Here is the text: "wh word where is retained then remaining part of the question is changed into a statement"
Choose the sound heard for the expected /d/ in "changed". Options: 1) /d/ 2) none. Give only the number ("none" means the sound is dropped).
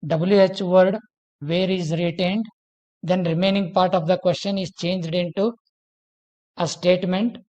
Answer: 1